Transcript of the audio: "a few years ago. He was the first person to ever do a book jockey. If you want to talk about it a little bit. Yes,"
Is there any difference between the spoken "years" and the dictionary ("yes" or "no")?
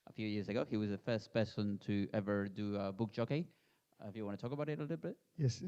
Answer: no